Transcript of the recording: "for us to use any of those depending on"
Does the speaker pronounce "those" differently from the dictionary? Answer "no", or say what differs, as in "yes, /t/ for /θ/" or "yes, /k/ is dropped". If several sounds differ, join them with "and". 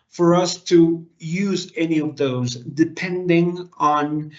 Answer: no